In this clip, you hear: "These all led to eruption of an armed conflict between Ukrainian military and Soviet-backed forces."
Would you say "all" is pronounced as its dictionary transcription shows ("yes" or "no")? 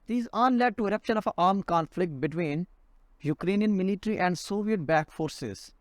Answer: no